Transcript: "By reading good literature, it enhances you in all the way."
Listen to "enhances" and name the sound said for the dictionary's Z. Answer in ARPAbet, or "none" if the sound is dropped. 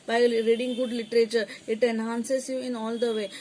S